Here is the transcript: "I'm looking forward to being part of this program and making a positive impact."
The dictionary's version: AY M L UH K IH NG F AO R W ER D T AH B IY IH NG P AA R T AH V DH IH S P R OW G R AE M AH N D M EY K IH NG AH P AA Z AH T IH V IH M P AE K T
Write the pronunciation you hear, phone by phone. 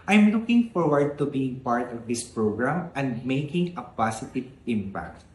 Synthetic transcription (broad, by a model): AY M L UH K IH NG F AO R W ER D T AH B IY IH NG P AA R T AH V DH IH S P R OW G R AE M AH N D M EY K IH NG AH P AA S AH T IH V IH M P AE K T